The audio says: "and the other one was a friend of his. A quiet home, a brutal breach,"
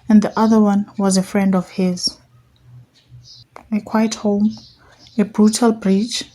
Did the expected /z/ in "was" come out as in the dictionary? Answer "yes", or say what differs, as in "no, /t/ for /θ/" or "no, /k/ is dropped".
yes